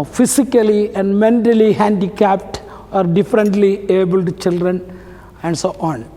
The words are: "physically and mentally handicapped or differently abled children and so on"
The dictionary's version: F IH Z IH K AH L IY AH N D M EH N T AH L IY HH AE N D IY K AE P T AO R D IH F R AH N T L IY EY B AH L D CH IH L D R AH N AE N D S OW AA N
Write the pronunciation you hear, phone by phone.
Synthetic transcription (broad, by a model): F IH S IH K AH L IY AH N D M EH N T AH L IY HH AE N D IY K AE P T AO R D IH F R AH N T L IY EY B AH L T CH IH L D R AH N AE N D S OW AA N